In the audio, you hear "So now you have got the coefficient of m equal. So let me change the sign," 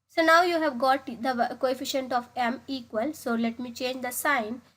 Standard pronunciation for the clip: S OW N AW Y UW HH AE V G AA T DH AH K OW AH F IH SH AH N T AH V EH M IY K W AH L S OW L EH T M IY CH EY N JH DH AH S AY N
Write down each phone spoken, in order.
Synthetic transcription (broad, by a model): S OW N AW Y UW HH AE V G AA T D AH K OW AH F IH SH AH N T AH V EH M IY K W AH L S OW L EH T M IY CH EY N JH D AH S AY N